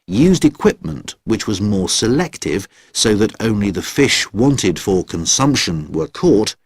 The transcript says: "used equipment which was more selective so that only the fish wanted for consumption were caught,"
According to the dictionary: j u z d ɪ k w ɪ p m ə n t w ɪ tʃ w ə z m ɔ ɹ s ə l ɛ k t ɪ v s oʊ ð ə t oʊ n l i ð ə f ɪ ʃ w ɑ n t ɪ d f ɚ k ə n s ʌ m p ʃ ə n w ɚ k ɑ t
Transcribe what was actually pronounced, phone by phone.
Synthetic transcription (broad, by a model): j u z d ɪ k w ɪ p m ə n t w ɪ tʃ w ə z m ɔ ɹ s ə l ɛ k t ɪ v s oʊ ð ə t oʊ n l i ð ə f ɪ ʃ w ɑ n t ɪ d f ɚ k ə n s ʌ m p ʃ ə n w ɚ k ɑ t